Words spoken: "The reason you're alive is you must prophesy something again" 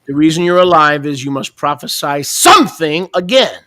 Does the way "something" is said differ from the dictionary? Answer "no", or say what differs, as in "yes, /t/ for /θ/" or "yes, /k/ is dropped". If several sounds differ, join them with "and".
no